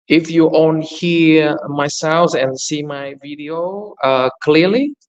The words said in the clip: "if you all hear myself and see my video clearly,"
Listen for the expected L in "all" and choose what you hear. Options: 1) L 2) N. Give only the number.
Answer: 2